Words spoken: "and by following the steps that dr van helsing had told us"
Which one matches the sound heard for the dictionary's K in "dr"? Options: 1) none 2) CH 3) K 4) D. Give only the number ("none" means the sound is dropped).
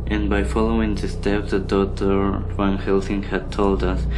1